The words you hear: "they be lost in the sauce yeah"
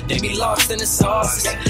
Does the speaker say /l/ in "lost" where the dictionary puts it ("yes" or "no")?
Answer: yes